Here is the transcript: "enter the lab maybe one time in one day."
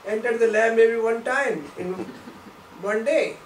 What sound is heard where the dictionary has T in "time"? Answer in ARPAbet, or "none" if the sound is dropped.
T